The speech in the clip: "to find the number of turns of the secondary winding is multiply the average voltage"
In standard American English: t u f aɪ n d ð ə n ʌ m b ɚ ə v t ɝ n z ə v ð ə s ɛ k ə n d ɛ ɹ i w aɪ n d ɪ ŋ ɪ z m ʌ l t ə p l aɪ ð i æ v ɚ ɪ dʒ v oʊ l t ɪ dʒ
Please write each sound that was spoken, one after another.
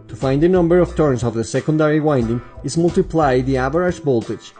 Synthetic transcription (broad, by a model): t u f aɪ n d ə n ʌ m b ɚ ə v t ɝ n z ə v ð ə s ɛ k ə n d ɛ ɹ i w aɪ n d ɪ ŋ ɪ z m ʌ l t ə p l aɪ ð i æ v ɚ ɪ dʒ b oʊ l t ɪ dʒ